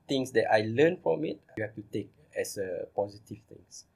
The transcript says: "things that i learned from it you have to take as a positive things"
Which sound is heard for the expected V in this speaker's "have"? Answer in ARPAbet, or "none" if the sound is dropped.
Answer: F